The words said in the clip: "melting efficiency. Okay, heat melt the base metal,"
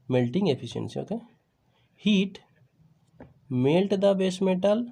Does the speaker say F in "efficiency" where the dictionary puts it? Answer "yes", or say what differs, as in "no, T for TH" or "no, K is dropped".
no, P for F